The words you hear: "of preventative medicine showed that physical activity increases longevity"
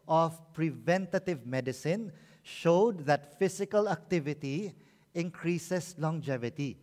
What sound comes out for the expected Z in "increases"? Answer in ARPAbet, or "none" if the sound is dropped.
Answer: S